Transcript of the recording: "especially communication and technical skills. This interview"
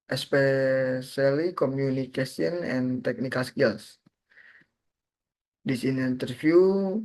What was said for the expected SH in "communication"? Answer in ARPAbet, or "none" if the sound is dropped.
S